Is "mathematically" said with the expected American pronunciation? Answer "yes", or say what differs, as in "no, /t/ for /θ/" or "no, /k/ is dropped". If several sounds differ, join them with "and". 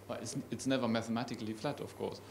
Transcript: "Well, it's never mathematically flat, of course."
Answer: yes